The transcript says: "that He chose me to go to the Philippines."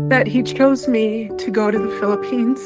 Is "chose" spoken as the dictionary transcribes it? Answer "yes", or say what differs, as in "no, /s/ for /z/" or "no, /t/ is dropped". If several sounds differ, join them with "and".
yes